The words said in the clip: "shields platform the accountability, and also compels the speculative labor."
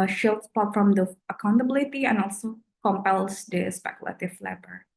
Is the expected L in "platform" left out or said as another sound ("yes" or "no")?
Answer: yes